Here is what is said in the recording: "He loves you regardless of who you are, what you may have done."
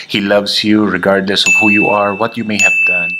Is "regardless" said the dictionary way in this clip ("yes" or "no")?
yes